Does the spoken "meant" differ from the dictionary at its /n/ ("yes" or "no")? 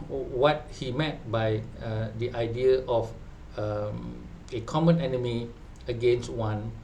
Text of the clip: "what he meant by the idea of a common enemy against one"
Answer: yes